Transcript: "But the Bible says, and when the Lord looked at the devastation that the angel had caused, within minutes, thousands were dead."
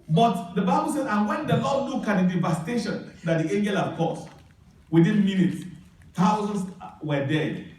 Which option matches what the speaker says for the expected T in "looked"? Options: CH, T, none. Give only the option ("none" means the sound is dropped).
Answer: none